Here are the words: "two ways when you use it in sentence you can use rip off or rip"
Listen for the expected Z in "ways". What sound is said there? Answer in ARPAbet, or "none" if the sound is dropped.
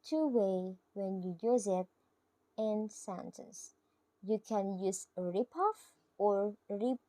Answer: none